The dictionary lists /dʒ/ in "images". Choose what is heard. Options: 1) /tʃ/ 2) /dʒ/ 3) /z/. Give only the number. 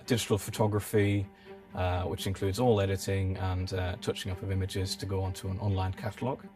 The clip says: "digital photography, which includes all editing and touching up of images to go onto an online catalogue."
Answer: 2